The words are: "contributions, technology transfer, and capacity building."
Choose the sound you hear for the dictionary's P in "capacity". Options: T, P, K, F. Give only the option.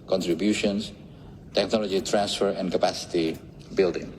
P